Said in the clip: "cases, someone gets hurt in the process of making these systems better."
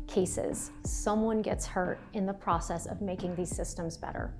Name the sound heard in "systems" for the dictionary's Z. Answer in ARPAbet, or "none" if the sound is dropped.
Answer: Z